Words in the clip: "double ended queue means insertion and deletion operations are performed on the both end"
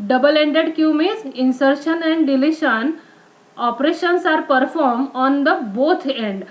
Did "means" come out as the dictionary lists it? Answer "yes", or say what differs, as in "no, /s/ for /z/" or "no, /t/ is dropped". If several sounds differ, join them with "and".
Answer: no, /n/ is dropped